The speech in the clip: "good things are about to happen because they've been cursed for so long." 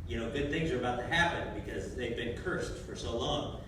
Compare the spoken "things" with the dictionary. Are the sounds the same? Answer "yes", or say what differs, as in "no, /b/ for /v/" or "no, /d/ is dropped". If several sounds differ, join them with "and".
yes